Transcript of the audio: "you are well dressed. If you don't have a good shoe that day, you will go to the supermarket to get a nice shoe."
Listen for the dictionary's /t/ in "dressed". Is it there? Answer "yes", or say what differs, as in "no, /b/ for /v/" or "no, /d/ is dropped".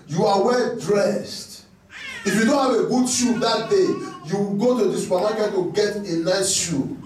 yes